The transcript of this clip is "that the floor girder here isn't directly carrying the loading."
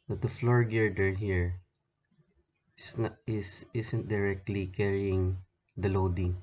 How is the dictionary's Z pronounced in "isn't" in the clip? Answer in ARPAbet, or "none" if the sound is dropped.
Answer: S